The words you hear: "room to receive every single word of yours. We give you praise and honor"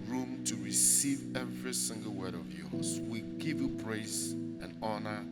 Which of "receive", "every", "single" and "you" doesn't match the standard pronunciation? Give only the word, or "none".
none